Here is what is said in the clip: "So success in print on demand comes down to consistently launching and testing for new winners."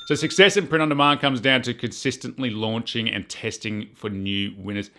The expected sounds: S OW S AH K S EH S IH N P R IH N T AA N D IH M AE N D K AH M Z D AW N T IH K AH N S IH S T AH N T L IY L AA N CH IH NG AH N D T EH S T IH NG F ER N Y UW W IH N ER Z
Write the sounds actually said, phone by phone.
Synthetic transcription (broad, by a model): S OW S AH K S EH S IH N P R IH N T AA N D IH M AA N K AH M Z D AW N T IH K AH N S IH S T AH N T L IY L AA N CH IH NG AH N T EH S T IH NG F ER N Y UW W IH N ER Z